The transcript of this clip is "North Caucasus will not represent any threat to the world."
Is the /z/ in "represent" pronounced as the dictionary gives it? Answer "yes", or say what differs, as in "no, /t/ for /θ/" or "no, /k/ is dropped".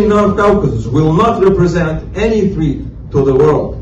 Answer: yes